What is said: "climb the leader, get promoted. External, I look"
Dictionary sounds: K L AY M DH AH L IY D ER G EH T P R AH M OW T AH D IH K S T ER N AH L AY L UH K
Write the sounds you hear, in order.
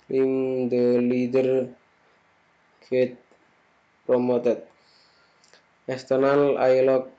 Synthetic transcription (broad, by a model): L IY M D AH L IY D ER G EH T P R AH M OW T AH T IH S T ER N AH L AY L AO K